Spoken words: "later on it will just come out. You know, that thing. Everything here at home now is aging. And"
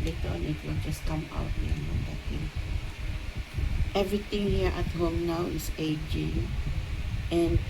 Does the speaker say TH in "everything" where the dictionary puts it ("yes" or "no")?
no